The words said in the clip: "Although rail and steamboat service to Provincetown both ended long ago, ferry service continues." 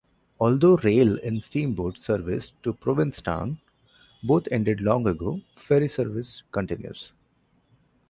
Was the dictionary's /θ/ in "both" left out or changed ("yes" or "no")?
yes